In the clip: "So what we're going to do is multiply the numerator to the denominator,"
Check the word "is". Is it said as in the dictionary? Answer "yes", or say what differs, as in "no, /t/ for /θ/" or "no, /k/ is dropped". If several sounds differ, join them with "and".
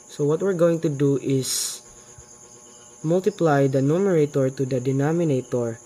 no, /s/ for /z/